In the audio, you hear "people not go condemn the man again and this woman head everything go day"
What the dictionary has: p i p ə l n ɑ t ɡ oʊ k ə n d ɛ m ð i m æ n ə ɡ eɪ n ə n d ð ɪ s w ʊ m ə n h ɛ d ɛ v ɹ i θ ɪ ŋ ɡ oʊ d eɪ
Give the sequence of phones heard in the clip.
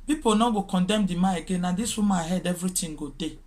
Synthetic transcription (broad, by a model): p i p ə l n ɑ ɡ oʊ k ə n d ɛ m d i m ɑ ə ɡ eɪ n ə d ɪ s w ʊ m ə h ɛ d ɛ v ɹ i t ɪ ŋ ɡ oʊ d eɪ